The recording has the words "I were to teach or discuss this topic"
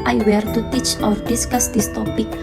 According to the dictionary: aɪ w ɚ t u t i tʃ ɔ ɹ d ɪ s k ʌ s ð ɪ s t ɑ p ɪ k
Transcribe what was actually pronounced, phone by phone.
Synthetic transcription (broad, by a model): aɪ w ɚ t u t i tʃ ɔ ɹ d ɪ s k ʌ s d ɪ s t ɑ p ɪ k